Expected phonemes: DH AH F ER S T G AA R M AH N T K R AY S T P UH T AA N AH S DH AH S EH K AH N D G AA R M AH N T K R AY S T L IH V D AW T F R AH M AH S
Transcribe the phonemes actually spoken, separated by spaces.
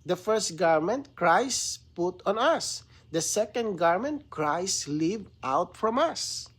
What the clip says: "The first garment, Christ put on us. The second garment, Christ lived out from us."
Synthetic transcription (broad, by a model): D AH F ER S T G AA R M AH N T K R AY S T P UH T AA N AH S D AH S EH K AH N D G AA R M AH N T K R AY S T L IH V AW T F R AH M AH S